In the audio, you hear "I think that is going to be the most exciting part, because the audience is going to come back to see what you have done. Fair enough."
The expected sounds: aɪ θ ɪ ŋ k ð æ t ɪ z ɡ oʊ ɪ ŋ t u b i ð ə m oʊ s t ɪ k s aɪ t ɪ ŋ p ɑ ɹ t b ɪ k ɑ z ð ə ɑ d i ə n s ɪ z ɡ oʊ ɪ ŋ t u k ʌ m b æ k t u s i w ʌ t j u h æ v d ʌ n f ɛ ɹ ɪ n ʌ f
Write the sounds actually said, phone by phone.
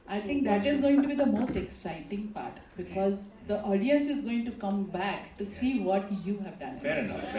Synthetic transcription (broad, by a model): aɪ t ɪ ŋ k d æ t ɪ z ɡ oʊ ɪ ŋ t u b i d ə m oʊ s t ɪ k s aɪ t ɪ ŋ p ɑ ɹ t b ɪ k ɑ z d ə ɑ d i ə n s ɪ z ɡ oʊ ɪ ŋ t u k ʌ m b æ k t u s i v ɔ t j u h æ v d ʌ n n